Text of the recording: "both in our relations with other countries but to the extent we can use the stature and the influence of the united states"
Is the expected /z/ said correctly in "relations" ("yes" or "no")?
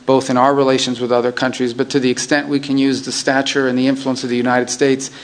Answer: yes